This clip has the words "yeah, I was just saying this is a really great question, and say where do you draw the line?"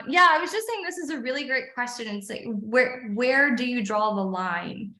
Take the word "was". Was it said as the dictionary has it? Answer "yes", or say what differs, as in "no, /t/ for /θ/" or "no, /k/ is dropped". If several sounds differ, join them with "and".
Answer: yes